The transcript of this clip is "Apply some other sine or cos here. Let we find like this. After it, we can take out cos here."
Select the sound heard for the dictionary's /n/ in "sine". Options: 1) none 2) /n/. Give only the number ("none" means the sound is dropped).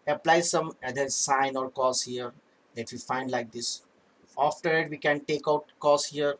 2